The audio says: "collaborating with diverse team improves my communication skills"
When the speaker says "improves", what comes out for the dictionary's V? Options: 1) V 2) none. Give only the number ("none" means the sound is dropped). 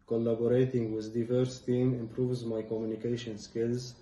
1